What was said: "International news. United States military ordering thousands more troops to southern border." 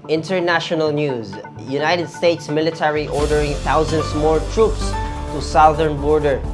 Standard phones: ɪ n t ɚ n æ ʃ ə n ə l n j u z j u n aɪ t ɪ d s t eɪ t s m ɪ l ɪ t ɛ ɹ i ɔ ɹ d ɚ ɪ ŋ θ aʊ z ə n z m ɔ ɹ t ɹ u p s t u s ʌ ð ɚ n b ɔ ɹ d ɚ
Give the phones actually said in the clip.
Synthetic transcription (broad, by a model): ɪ n t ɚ n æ ʃ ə n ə l n j u z j u n aɪ t ɪ d s t eɪ t s m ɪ l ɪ t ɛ ɹ i ɔ ɹ d ɚ ɪ ŋ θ aʊ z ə n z m ɔ ɹ t ɹ u p s t u s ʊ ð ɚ n b ɔ ɹ d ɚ